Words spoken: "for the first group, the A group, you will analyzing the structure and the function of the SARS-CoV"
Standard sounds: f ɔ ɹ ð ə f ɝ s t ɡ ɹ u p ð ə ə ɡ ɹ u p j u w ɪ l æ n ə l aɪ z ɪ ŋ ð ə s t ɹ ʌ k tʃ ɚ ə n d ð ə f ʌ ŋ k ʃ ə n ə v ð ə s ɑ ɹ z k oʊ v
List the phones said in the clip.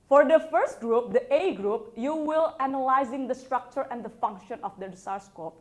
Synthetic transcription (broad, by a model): f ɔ ɹ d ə f ɝ s t ɡ ɹ u p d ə ə ɡ ɹ u p j u w ɪ l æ n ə l aɪ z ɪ ŋ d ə s t ɹ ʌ k tʃ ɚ ə n d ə f ʌ ŋ k ʃ ə n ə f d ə s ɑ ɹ s k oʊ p